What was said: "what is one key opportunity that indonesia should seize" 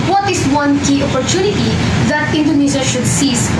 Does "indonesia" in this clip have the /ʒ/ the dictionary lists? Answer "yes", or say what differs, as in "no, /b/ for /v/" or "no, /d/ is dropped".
no, /z/ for /ʒ/